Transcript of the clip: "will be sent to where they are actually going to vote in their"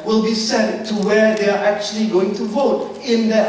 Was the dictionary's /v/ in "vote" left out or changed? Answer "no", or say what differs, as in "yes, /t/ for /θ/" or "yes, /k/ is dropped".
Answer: no